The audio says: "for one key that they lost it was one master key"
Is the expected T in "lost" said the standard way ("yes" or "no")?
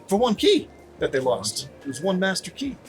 yes